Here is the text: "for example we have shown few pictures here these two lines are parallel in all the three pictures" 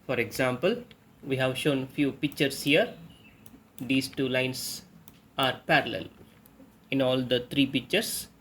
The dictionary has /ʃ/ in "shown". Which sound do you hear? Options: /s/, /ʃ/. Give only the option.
/ʃ/